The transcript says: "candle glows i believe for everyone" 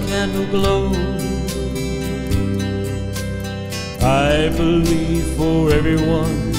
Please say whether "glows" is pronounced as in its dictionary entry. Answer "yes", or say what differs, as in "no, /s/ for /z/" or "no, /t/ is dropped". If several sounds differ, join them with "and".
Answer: no, /z/ is dropped